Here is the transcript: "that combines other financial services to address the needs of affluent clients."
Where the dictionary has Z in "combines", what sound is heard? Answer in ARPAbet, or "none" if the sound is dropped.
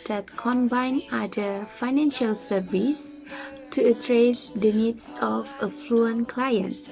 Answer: none